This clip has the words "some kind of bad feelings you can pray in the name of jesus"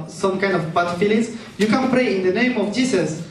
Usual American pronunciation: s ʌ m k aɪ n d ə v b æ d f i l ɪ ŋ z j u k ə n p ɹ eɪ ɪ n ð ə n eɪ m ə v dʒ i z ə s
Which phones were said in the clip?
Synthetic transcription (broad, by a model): s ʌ m k aɪ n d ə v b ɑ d f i l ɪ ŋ s j u k ə n p ɹ eɪ ɪ n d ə n eɪ m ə f dʒ i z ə s